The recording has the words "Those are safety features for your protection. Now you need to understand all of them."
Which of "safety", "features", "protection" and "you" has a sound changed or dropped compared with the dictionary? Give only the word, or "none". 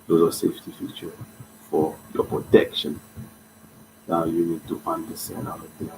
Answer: features